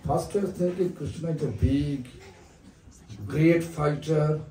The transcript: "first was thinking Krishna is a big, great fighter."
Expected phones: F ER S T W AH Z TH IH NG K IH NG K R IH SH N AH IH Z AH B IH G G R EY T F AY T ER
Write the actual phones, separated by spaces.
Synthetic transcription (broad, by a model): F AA S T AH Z T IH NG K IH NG K R IH SH N AH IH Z AH B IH G G R EY T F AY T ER